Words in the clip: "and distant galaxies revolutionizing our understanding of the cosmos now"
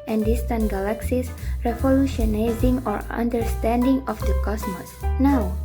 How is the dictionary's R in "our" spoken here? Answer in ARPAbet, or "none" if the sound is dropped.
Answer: R